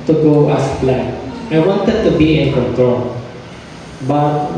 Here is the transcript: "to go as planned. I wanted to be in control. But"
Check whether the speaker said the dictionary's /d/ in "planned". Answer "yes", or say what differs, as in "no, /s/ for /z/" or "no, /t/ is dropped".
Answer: no, /d/ is dropped